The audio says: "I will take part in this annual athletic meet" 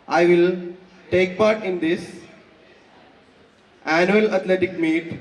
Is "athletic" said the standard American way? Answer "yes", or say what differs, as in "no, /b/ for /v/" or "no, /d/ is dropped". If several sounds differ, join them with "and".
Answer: no, /t/ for /θ/